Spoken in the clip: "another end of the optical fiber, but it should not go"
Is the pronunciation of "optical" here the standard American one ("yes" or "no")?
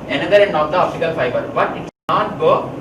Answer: no